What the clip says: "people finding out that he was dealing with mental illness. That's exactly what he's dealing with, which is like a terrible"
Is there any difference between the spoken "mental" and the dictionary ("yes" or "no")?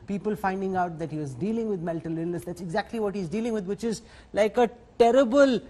yes